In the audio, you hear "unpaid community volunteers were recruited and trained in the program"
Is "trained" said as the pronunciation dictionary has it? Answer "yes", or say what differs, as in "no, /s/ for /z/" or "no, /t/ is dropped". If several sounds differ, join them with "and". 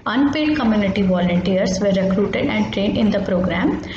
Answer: yes